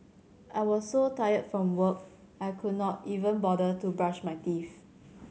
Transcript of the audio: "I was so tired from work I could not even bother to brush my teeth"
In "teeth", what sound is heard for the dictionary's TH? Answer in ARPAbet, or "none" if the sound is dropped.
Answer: F